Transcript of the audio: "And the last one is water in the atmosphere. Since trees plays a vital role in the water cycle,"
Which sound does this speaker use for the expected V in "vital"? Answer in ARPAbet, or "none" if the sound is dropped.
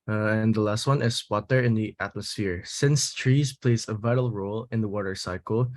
V